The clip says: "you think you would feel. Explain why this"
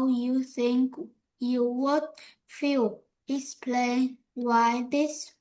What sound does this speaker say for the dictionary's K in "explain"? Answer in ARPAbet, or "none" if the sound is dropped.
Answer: none